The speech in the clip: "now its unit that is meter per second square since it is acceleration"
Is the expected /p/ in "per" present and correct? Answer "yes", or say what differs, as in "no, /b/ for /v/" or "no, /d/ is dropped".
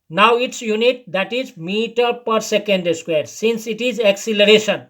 yes